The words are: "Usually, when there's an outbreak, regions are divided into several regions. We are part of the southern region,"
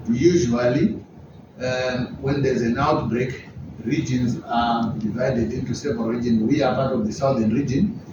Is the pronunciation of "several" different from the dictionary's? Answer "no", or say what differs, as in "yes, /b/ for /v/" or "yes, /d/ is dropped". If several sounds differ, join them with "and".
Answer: yes, /ɹ/ is dropped